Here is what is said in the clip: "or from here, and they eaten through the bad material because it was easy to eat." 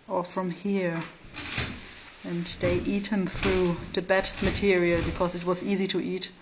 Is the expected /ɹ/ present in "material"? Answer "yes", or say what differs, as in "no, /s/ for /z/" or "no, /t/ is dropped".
yes